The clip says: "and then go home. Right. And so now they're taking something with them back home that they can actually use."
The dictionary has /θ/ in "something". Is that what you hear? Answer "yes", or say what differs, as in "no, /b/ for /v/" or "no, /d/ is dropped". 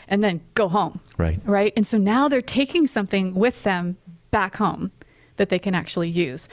yes